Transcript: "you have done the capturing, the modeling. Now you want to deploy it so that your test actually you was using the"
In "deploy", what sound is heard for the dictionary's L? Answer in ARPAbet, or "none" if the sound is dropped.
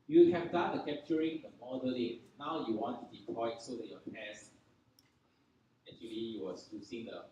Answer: none